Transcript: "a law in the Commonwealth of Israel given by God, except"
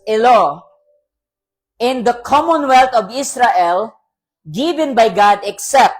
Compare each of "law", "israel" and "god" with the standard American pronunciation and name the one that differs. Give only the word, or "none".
israel